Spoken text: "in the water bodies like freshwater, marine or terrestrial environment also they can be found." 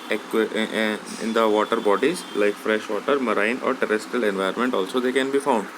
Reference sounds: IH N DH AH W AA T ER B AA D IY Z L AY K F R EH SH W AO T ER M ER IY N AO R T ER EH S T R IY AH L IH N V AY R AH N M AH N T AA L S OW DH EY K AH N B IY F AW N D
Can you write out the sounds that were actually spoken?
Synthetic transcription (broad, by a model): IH N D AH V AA T ER B AA D IY Z L AY K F R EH SH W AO T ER M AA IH N AO R T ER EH S T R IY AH L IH N V AY AH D M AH N T AA L S OW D EY K AH N B IY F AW N D